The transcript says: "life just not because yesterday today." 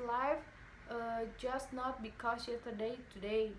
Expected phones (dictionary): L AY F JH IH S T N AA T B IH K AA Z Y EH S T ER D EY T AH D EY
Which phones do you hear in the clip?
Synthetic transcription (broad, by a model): L AY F JH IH S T N AA T B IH K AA S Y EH T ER D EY T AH D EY